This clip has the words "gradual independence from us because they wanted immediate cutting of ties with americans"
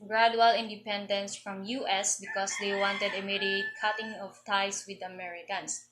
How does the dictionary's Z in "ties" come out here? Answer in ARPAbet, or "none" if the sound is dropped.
S